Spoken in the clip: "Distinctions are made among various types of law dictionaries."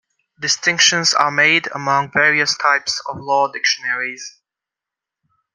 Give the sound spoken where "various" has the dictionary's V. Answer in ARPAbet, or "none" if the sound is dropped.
V